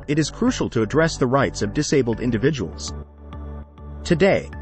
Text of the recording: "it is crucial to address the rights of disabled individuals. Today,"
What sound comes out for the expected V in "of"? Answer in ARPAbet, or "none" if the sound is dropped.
V